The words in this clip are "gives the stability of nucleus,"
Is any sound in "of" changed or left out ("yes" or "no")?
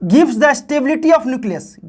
yes